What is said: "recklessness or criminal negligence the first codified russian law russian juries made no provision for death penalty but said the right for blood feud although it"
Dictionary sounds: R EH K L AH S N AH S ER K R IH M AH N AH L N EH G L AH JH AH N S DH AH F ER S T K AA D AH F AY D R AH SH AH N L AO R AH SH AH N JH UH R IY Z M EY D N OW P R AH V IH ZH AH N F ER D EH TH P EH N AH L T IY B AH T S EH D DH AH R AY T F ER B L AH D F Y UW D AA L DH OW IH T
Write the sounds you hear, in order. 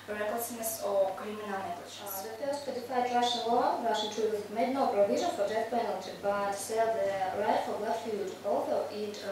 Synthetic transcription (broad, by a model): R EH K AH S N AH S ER K R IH M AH N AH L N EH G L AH CH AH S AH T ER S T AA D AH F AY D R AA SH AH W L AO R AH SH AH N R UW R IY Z M EY D N OW P R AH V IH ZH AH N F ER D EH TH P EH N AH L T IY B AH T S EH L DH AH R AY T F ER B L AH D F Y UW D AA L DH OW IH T